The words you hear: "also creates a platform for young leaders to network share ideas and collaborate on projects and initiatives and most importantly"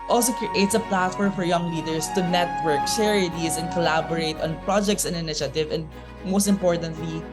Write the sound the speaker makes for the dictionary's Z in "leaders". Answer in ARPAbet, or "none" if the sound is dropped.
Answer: S